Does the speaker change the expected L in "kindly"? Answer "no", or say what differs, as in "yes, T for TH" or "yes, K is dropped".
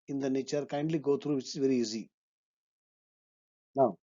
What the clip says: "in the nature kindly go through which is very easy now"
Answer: no